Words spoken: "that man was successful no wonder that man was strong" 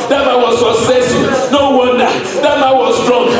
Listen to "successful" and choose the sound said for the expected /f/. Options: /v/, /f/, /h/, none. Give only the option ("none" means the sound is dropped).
none